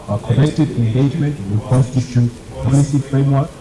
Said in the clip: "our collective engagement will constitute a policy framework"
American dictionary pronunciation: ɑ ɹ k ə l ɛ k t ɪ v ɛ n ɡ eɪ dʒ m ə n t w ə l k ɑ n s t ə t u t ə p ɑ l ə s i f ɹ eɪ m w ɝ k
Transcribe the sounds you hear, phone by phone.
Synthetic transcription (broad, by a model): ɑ k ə n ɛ k t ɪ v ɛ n ɡ eɪ dʒ m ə n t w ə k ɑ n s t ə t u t p ɑ l ə s i f ɹ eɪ m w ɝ k